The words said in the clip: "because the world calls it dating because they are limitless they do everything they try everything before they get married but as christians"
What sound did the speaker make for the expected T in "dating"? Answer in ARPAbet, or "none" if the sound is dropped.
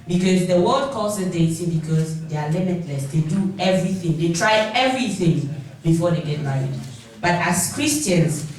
S